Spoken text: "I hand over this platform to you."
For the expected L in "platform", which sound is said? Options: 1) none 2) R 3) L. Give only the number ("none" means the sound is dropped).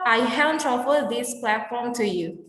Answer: 3